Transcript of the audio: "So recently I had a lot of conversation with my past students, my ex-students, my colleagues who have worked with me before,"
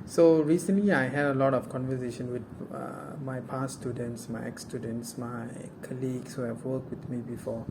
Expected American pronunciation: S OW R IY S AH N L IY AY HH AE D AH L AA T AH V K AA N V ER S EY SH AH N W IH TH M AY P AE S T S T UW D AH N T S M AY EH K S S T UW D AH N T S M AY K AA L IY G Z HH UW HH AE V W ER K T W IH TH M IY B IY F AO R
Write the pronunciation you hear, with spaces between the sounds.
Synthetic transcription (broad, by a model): S OW R IY S AH N L IY AY HH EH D AH L AA T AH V K AA N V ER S EY SH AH N W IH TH M AY P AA S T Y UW D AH N T S M AY EH K S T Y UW D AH N T S M AY K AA L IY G S HH UW HH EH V W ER K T W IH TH M IY B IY F AO